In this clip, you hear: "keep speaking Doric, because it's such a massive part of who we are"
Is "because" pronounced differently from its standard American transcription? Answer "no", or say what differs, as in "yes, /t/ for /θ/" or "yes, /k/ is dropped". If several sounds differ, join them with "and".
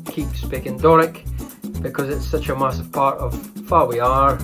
no